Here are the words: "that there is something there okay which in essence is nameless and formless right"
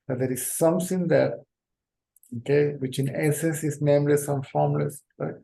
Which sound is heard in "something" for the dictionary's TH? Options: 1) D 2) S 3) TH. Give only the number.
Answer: 2